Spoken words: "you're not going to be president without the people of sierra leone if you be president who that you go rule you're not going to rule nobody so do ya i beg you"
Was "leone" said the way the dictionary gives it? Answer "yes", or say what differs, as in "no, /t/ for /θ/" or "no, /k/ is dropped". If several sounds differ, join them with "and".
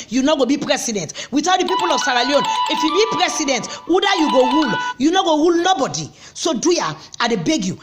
yes